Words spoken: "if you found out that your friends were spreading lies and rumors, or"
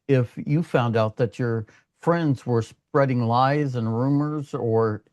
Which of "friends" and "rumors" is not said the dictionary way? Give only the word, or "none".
none